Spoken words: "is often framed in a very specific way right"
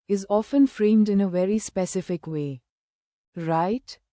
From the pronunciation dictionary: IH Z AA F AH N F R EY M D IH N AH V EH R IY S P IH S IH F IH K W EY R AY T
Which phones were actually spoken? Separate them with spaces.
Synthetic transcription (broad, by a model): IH Z AA F AH N F R EY M D IH N AH V EH R IY S P IH S IH F IH K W EY R AY T